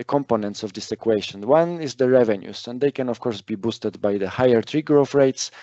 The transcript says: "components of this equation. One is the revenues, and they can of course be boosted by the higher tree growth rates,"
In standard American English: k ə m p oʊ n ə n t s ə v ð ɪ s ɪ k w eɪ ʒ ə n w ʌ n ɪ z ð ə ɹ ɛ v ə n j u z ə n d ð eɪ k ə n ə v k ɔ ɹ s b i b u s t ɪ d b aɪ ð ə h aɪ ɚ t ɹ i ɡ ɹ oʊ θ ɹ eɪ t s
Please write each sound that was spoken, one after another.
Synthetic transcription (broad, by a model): k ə m p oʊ n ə n t s ə v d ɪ s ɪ k w eɪ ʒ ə n w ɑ n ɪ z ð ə ɹ ɛ v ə n j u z ə n d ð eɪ k ə n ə f k ɔ ɹ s b i b u s t ɪ d b aɪ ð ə h aɪ ɚ t ɹ i ɡ ɹ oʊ f ɹ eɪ t s